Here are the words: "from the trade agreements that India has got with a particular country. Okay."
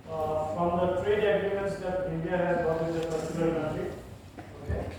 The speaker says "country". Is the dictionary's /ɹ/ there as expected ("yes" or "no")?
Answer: no